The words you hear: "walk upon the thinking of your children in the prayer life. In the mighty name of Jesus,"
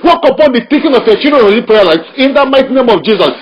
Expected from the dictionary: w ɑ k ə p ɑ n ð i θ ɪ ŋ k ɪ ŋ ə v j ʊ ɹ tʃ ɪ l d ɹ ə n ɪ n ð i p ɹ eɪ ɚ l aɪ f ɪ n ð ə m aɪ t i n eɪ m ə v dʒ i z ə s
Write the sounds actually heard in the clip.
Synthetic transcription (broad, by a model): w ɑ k ə p ɑ n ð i t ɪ k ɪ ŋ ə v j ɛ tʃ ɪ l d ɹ ɪ n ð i p ɹ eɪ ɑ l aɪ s ɪ n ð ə m aɪ t i n eɪ m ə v dʒ i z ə s